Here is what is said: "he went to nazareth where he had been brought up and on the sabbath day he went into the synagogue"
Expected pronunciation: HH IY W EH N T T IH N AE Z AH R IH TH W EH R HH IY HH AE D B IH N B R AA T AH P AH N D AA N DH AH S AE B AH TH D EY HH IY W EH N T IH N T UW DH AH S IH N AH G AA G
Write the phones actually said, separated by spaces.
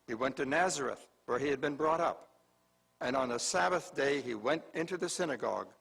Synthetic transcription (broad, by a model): HH IY W EH N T T IH N AE Z AH R IH TH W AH R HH IY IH D B IH N B R AA T AH P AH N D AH N DH AH S AE B AH TH D EY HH IY W EH N T IH N T UW DH AH S IH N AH G AA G